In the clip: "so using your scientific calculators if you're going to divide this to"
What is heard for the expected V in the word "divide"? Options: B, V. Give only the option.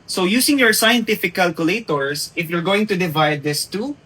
V